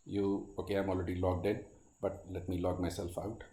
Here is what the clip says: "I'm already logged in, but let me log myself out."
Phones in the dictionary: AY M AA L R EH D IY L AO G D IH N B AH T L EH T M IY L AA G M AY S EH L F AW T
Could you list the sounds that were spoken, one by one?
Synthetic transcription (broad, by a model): AY M AA L R EH D IY L AO G D IH N B AH T L EH T M IY L AA G M AY S EH L F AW T